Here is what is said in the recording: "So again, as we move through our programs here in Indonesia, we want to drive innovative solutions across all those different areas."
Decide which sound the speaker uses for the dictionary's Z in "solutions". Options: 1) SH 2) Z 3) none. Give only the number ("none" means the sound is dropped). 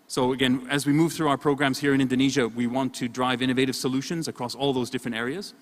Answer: 2